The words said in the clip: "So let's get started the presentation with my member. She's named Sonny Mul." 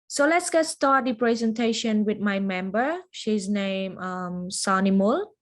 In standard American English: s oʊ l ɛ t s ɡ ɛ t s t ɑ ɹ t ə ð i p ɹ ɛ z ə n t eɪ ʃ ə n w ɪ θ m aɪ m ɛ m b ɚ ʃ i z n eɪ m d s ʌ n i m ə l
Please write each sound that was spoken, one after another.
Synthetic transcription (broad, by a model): s oʊ l ɛ t s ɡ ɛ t s t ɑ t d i p ɹ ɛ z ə n t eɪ ʃ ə n w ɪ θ m aɪ m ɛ m b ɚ ʃ i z n eɪ m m s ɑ n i m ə l